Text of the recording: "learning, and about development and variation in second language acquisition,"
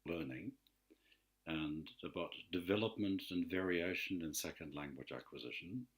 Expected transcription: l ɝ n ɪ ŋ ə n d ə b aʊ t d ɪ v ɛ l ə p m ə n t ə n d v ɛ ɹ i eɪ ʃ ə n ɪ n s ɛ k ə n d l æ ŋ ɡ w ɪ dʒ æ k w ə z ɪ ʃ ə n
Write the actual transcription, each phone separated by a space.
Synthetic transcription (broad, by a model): l ɝ n ɪ ŋ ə n ə b aʊ t d ɪ v ɛ l ə p m ə n t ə n v ɛ ɹ i eɪ ʃ ə n ɪ n s ɛ k ə n d l æ ŋ ɡ w ɪ dʒ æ k w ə z ɪ ʃ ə n